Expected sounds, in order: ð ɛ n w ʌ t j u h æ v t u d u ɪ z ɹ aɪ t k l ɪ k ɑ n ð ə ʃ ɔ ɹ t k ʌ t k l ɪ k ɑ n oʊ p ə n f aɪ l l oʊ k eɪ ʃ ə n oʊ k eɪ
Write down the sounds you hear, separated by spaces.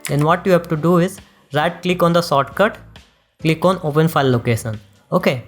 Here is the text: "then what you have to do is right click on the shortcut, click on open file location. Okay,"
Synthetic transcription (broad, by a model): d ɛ n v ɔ t j u h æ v t u d u ɪ z ɹ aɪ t k l ɪ k ɑ n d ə s ɔ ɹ t k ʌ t k l ɪ k ɑ n oʊ p ə n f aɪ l l oʊ k eɪ ʃ ə n oʊ k eɪ